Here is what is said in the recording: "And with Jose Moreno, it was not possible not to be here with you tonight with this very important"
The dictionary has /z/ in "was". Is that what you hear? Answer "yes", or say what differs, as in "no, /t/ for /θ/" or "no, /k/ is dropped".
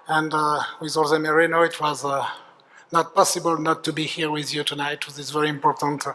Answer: yes